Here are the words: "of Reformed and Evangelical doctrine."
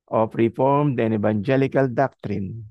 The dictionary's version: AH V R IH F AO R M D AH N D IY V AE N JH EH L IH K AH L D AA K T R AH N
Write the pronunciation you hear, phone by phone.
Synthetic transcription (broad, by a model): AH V R IH F AO R M D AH N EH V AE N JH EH L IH K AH L D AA K T R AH N